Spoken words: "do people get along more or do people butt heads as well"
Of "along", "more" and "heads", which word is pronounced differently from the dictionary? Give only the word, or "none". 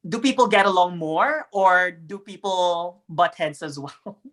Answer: heads